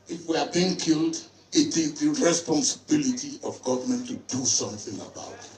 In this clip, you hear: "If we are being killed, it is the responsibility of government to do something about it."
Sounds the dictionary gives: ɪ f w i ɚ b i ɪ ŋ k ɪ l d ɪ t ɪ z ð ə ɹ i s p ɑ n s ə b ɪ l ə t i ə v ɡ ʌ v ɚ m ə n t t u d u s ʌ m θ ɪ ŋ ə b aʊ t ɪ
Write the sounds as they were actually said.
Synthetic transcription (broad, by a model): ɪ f w i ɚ b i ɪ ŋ k ɪ l d ɪ t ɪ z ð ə ɹ i s p ɑ n s ə b ɪ l ə t i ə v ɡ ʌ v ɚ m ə n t t u d u s ʌ m θ ɪ ŋ ə b aʊ t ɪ